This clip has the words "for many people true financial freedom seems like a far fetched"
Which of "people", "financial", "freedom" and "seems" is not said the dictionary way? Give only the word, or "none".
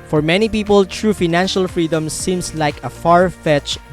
seems